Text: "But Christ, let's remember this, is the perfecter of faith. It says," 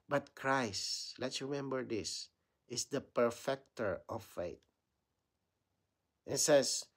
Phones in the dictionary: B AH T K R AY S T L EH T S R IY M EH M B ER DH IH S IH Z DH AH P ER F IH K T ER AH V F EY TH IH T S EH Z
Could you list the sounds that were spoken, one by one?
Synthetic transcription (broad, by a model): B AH T K R AY S T L EH T S R IY M EH M B ER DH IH S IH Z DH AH P ER F IH K T ER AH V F EY T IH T S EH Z